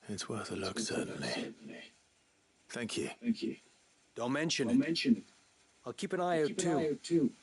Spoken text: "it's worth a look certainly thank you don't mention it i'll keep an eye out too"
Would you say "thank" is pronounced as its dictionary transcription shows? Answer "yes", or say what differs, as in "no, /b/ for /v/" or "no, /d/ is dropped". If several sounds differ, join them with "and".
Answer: yes